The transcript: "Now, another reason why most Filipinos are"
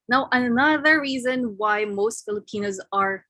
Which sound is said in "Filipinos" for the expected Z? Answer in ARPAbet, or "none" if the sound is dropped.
Z